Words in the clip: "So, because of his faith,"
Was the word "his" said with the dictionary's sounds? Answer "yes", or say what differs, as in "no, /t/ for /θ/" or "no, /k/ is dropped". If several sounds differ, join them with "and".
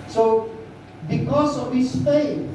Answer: no, /s/ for /z/